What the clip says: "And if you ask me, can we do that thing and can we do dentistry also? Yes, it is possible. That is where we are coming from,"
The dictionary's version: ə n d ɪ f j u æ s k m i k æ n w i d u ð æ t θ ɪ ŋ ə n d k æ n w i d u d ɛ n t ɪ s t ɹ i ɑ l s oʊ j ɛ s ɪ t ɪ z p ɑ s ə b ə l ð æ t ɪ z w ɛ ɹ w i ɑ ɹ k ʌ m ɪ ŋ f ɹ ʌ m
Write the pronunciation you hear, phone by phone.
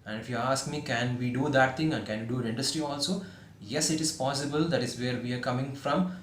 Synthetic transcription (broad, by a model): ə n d ɪ f j u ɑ s k m i k æ n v i d u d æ t t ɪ ŋ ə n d k æ n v i d u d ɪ n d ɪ s t ɹ i ɑ l s oʊ j ɛ s ɪ t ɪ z p ɑ s ə b ə l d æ t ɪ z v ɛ ɹ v i ɑ ɹ k ʌ m ɪ ŋ f ɹ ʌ m